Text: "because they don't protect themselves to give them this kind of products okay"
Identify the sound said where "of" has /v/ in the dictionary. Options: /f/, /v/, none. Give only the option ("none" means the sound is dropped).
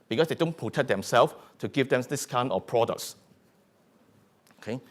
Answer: /f/